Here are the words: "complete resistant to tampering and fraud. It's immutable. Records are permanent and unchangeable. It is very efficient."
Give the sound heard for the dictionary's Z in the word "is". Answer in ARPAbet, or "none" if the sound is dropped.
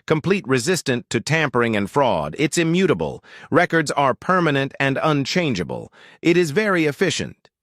Z